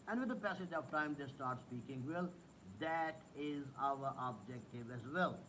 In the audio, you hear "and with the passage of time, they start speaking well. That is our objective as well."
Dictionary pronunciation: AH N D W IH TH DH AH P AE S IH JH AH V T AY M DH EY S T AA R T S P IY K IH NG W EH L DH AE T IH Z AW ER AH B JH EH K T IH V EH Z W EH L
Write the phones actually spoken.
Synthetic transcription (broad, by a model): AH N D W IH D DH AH P AE S IH JH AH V T AY M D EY S T AA R T S P IY K IH NG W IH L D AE T IH Z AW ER AH B JH EH K T IH V EH Z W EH L